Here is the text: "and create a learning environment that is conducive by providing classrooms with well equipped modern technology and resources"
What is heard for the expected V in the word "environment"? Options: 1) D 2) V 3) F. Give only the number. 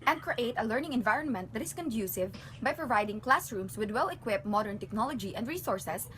2